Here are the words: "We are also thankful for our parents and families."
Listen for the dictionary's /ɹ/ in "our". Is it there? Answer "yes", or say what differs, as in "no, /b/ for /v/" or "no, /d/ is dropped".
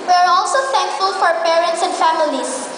yes